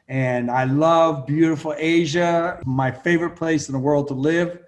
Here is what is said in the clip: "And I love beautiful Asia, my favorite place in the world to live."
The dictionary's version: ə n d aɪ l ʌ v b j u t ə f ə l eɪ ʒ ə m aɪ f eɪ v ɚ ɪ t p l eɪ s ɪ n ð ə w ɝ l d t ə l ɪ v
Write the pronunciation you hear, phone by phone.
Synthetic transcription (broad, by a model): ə n aɪ l ʌ v b j u t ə f l eɪ ʒ ə m aɪ f eɪ v ɚ ɪ t p l eɪ s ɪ n ð ə w ɝ l d t ə l ɪ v